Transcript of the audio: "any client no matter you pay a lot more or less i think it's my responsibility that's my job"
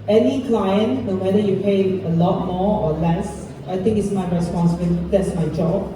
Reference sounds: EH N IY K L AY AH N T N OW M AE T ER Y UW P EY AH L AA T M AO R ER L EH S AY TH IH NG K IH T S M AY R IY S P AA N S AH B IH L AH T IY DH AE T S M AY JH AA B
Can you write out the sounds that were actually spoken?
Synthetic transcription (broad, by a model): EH N IY K L AY AH N T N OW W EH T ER Y UW P EY AH L AA T M AO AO L EH S AY T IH NG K IH T S M AY R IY S P AA N S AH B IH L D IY T S M AY JH AA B